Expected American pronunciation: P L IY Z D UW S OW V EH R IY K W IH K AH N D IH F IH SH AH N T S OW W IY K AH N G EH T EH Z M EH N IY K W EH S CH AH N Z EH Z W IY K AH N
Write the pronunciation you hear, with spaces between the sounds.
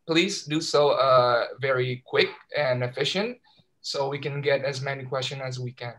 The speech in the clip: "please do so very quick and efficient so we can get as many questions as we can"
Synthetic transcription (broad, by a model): P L IY Z D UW S OW V EH R IY K W IH K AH N IH F IH SH AH N T S OW W IY K AH N G EH T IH Z M EH N IY K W EH S CH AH N IH Z W IY K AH N